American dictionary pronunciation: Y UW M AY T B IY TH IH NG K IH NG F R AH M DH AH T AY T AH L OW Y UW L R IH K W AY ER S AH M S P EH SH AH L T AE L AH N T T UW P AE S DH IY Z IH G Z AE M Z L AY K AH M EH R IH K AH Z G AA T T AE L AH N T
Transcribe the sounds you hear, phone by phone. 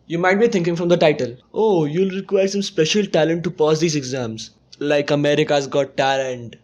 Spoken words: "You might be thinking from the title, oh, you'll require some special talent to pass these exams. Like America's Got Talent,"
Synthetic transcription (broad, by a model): Y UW M AY T B IY T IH NG K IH NG F R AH M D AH T AY T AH L OW Y UW L R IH K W AY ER S AH M S P EH SH AH L T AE L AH N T T UW P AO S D IY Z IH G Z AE M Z L AY K AH M EH R IH K AH Z G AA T T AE L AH N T